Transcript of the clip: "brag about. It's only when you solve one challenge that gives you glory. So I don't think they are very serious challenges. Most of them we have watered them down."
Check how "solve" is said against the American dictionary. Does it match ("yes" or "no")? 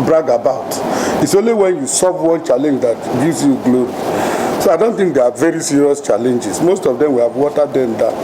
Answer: no